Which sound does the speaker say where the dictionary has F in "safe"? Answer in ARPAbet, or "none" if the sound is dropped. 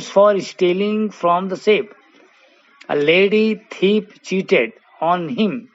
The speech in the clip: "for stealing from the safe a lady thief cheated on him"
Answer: P